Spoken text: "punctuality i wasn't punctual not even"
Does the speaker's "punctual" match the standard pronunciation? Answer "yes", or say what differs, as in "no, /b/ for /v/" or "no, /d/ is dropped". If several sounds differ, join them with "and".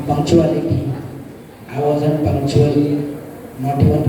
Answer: no, /k/ is dropped